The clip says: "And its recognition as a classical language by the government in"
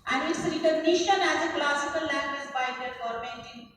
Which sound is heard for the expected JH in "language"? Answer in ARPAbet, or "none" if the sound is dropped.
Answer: Z